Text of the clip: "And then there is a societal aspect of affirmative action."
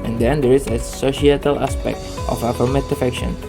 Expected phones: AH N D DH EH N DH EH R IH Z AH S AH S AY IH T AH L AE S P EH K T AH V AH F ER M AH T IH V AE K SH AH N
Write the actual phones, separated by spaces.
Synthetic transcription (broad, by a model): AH N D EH N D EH R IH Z AH S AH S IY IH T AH L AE S P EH K T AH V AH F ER M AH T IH F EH K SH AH N